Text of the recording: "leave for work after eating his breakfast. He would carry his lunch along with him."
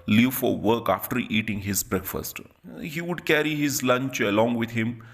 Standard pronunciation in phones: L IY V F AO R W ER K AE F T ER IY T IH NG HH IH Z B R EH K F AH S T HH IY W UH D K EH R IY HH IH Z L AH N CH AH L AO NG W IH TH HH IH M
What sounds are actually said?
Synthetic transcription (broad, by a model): L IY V F AO R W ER K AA F T ER IY T IH NG HH IH Z B R EH K F AH S T HH IY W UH D K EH R IY HH IH Z L AH N CH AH L AO NG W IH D HH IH M